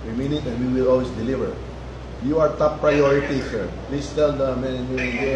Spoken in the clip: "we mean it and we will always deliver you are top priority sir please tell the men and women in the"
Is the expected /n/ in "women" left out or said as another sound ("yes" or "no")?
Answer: yes